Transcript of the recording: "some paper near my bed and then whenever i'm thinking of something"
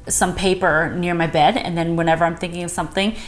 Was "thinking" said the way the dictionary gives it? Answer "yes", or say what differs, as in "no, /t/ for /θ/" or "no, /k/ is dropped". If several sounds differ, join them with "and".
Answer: yes